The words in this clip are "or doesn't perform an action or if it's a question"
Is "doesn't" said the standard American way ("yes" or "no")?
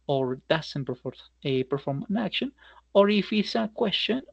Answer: no